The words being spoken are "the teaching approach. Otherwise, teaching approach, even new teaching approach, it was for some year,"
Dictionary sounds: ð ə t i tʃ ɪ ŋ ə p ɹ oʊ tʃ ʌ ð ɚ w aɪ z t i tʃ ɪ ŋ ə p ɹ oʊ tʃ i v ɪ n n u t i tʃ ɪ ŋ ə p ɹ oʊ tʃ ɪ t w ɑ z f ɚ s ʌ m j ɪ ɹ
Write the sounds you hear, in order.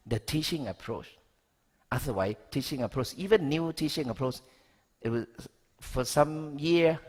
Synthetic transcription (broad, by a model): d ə t i tʃ ɪ ŋ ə p ɹ oʊ tʃ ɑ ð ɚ w aɪ t i tʃ ɪ ŋ ə p ɹ oʊ tʃ i v ɪ n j u t i tʃ ɪ ŋ ə p ɹ oʊ tʃ ɪ t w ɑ f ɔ s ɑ m j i